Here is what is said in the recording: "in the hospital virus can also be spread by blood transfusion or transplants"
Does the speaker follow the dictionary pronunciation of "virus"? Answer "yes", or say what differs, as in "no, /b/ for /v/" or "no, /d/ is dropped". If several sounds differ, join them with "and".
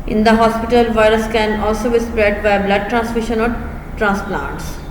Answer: yes